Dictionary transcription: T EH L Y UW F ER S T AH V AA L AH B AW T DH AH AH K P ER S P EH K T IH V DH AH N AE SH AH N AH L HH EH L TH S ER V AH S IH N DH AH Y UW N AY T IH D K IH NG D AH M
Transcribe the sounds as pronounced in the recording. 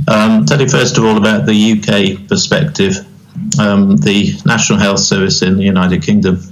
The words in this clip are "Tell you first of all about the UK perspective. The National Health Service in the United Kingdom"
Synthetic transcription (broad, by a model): T EH L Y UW F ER S T AH V AA L AH B AW T DH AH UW K P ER S P EH K T IH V DH AH N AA SH AH N AH L HH EH L TH S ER V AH S IH N DH AH Y UW N AY T IH D K IH NG D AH M